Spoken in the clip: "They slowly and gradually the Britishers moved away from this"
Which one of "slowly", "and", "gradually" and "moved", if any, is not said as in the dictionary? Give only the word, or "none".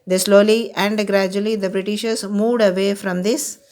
none